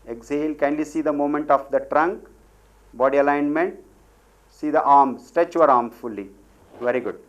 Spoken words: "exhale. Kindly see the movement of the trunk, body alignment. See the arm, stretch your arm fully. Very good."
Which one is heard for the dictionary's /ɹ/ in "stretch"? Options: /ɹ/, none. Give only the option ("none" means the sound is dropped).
none